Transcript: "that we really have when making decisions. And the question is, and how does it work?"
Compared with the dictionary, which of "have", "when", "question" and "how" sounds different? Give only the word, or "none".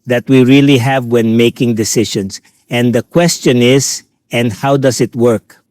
none